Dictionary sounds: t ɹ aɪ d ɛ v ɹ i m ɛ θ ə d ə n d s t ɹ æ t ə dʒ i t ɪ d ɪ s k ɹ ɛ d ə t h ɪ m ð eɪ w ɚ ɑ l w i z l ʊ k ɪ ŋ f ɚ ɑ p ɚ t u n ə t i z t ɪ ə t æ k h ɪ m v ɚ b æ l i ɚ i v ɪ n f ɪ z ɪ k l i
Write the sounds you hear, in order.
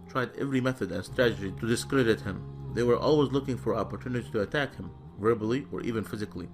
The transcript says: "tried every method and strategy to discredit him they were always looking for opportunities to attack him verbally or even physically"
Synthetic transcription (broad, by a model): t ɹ aɪ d ɛ v ɹ i m ɛ θ ə d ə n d s t ɹ æ t ə dʒ i t ɪ d ɪ s k ɹ ɛ d ə t h ɪ m ð eɪ w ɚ ɑ l w i z l ʊ k ɪ ŋ f ɚ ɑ p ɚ t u n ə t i t ɪ ə t æ k h ɪ m v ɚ b l i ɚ i v ɪ n f ɪ z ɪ k l i